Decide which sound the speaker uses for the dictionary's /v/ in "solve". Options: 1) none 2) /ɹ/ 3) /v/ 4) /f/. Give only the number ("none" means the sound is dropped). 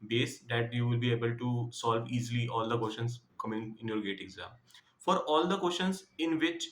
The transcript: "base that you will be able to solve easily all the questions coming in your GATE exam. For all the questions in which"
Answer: 3